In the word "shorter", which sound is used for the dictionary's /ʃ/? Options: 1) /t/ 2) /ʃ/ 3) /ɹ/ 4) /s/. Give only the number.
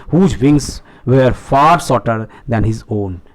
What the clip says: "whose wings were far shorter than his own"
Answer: 4